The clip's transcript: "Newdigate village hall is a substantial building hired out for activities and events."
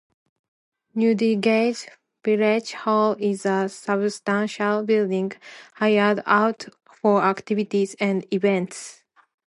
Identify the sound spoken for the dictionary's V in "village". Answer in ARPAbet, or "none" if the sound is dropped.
P